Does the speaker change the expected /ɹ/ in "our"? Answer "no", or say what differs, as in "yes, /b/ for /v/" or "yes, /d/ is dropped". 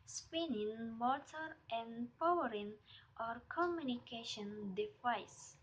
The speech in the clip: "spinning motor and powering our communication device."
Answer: no